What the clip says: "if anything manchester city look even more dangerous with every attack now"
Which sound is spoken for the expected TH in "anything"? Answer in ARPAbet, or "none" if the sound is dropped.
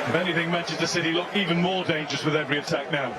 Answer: TH